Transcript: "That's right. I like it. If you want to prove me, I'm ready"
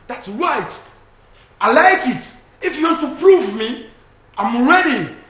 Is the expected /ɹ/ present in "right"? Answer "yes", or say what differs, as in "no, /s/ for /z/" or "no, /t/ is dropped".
yes